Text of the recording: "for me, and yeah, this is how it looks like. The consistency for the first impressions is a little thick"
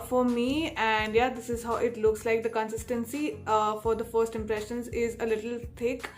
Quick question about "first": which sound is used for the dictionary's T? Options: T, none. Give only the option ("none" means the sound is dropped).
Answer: T